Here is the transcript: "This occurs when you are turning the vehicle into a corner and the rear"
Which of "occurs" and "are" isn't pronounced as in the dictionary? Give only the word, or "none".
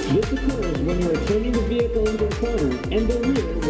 none